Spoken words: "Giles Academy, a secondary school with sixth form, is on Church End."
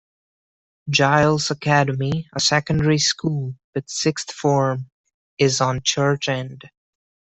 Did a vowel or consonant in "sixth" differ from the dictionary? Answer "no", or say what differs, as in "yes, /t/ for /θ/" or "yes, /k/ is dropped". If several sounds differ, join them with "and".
no